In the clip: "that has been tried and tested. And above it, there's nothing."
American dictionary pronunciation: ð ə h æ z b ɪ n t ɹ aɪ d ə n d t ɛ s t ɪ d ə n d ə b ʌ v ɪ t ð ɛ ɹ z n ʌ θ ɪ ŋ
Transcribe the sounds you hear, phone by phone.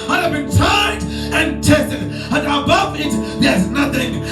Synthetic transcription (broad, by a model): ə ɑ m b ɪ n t aɪ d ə n t ɛ s t ɪ d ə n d ə b ʌ v ɪ t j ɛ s n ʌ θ ɪ ŋ